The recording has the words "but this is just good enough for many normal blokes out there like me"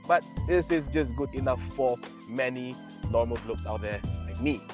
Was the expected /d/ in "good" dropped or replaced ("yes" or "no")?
no